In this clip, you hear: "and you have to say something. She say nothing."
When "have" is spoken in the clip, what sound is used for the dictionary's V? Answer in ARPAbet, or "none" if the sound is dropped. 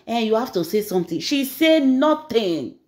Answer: F